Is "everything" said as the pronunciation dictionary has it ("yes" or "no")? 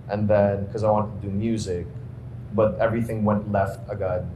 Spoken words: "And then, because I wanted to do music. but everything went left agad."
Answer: yes